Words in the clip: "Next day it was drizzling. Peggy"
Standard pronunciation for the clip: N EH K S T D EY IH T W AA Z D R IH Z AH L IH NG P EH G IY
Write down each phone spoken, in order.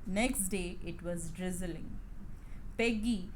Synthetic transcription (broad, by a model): N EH K S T D EY IH T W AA Z D R IH Z AH L IH NG P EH G IY